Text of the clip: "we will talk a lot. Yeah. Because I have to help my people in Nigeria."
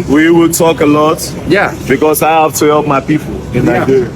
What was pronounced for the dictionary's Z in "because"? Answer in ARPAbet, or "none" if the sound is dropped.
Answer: S